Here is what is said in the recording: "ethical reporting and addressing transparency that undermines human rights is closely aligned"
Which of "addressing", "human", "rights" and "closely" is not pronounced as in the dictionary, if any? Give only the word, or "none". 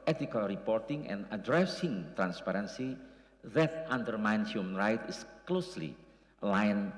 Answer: rights